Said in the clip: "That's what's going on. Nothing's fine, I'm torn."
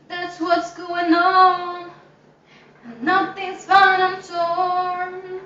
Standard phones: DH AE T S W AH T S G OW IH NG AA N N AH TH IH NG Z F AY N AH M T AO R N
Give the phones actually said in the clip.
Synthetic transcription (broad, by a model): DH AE T S W AH T S G OW IH NG AA N N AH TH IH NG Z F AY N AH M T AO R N